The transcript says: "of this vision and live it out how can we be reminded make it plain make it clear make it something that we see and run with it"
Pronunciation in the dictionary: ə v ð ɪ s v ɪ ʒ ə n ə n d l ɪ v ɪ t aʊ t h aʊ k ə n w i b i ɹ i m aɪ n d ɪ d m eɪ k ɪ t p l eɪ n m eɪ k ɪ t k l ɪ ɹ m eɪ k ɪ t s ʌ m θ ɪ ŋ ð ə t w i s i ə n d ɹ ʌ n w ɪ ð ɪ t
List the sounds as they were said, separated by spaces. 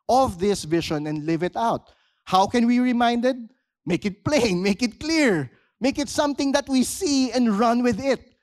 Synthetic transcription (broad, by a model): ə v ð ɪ s v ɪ ʃ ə n ə n d l ɪ v ɪ t aʊ t h aʊ k ə n w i i ɹ i m aɪ n d ɪ d m eɪ k ɪ t p l eɪ n m eɪ k ɪ t k l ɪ ɹ m eɪ k ɪ t s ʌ m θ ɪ ŋ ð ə t w i s i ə n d ɹ ʌ n w ɪ ð ɪ t